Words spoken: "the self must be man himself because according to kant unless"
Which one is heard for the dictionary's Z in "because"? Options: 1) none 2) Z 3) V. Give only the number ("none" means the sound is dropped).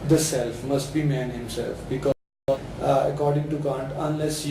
1